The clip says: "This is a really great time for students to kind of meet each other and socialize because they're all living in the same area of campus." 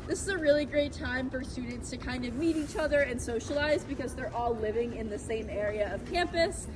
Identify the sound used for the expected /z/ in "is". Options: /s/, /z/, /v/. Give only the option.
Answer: /z/